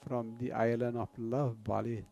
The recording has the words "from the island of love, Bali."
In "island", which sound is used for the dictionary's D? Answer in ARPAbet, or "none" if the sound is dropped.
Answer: none